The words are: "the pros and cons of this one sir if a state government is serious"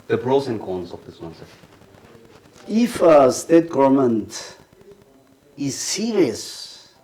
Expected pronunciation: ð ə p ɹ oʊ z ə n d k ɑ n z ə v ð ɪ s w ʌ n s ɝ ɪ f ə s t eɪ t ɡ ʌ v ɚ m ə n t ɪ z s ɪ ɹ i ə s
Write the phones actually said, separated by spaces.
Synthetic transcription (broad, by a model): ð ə b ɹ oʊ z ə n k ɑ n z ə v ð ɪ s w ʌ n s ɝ ɪ f ə s t eɪ t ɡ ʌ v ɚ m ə n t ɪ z s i ɹ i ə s